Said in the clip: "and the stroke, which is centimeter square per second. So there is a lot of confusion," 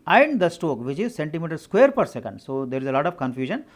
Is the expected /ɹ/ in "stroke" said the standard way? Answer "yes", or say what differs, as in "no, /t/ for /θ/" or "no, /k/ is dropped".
no, /ɹ/ is dropped